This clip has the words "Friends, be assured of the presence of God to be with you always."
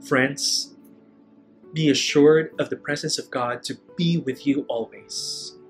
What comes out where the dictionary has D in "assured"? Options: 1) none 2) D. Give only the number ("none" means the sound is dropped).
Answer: 2